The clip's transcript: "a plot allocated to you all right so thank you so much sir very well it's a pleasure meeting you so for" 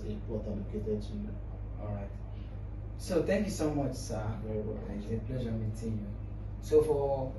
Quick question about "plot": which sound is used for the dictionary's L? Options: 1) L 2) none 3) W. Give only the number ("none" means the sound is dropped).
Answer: 3